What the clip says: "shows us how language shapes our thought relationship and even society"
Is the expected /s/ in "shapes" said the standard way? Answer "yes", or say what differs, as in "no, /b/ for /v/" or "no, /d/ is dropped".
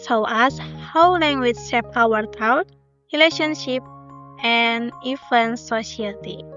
no, /s/ is dropped